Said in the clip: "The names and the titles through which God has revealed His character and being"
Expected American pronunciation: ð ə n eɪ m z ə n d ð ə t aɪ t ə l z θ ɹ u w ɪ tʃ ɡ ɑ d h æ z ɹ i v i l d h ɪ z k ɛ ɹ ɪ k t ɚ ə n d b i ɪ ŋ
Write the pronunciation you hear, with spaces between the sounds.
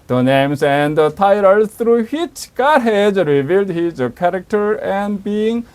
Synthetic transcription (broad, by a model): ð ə n eɪ m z ə n d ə t aɪ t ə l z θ ɹ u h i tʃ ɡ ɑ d h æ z ɹ i v i l d h ɪ z k ɛ ɹ ɪ k t ɚ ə n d b i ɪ ŋ